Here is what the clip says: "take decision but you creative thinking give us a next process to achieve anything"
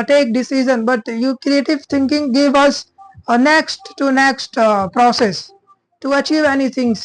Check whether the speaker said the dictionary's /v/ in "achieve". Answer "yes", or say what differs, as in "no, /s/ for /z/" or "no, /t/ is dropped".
yes